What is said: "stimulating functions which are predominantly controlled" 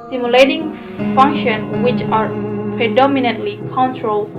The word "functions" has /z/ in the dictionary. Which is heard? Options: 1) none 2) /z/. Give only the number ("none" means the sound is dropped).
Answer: 1